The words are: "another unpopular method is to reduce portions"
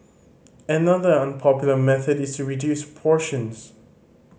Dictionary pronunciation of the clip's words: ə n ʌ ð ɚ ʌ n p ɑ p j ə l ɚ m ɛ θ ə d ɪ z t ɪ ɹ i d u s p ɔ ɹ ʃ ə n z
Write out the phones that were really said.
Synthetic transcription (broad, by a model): ə n ʌ ð ɚ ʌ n p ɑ p j l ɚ m ɛ θ ə d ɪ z t ɪ ɹ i d u s p ɔ ɹ ʃ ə n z